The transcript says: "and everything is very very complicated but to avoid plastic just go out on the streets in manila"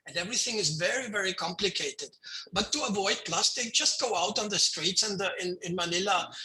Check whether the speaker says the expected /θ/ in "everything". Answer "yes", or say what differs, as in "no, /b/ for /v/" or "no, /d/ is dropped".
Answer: yes